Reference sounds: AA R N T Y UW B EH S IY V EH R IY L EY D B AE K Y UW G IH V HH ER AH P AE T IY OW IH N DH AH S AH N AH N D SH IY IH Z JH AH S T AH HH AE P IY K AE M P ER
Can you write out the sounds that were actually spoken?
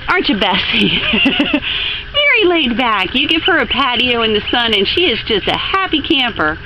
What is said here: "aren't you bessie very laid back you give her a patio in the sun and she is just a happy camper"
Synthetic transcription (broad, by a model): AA R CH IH B EH S IY V EH R IY L EY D B AE K Y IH G IH V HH ER AH P AE T IY OW IH N DH AH S AH N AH N SH IY IH Z JH AH S T AH HH AE P IY K AE M P ER